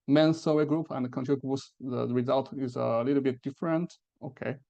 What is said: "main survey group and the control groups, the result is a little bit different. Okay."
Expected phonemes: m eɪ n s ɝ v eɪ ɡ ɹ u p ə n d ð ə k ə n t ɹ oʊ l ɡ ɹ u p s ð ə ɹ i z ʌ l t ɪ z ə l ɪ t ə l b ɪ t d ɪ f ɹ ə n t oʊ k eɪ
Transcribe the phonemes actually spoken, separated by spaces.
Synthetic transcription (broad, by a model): m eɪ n s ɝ w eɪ ɡ ɹ u p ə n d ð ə k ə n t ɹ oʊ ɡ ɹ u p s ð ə ɹ i z ʌ l t ɪ z ə l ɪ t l b ɪ t d ɪ f ɹ ə n t oʊ k eɪ